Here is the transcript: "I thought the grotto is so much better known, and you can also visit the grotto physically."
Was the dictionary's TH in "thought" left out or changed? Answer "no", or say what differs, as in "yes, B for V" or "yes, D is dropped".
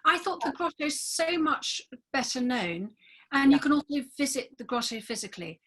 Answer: no